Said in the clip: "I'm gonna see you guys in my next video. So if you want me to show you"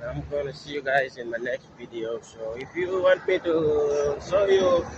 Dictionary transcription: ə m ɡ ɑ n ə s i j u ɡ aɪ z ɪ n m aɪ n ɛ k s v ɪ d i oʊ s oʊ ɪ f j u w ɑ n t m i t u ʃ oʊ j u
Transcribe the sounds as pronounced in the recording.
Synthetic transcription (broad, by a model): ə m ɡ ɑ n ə s i j u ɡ aɪ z ɪ n m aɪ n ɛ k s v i d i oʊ s oʊ ɪ f j u w ɑ n t m i t u s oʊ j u